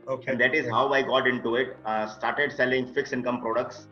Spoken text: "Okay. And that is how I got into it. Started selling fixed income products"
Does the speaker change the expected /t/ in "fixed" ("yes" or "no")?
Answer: yes